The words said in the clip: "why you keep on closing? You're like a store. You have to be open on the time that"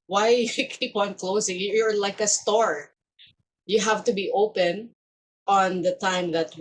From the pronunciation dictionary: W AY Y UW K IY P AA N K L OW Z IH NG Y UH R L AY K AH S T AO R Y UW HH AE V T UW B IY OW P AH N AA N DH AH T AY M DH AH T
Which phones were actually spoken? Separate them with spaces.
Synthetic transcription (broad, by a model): W AY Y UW K IY P AA N K L OW S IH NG Y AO R L AY K AH S T AO R Y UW HH AE V T UW B IY OW P AH N AA N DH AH T AY M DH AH T